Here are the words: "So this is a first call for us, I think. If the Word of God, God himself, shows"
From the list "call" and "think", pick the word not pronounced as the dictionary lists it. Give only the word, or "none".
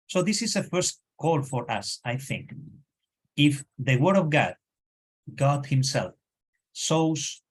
none